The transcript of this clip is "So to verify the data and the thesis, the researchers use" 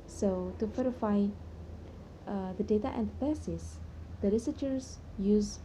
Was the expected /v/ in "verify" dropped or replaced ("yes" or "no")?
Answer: yes